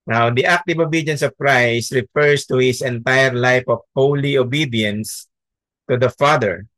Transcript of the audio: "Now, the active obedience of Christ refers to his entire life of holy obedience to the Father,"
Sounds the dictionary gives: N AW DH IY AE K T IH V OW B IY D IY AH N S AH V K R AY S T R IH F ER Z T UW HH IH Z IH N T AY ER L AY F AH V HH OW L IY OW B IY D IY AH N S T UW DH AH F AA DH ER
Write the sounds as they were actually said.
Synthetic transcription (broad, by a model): N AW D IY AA K T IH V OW B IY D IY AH N S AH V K R AY S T R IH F ER S T UW HH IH S IH N T AY ER L AY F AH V HH OW L IY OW B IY D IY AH N S T UW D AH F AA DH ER